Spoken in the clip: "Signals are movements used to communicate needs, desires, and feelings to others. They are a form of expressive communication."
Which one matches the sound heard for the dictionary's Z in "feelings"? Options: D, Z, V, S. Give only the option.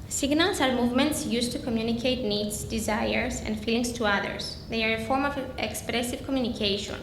S